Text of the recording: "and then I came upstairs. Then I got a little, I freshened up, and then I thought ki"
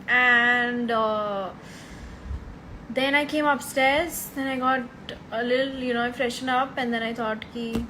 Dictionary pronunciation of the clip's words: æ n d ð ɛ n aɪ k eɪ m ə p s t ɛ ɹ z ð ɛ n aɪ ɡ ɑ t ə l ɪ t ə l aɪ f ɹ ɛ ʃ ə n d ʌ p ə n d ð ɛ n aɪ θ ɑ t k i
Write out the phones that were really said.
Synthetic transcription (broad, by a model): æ n d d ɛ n aɪ k eɪ m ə p s t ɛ ɹ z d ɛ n aɪ ɡ ɑ t ə l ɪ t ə n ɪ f ɹ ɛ ʃ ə n ʌ p ə n d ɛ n aɪ t ɑ t k i